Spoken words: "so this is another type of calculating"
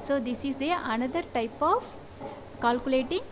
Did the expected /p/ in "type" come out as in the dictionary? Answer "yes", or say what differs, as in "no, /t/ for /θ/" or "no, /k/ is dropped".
yes